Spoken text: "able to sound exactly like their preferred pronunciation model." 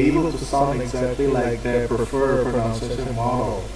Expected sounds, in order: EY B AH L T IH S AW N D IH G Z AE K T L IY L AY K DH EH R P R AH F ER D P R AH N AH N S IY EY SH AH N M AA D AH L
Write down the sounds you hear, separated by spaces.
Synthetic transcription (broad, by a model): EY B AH L T IH S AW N IH G Z AE K T L IY L AY K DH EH P R AH F ER D P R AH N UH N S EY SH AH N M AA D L